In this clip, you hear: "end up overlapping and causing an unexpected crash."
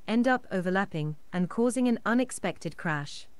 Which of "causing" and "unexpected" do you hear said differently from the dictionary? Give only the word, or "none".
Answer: none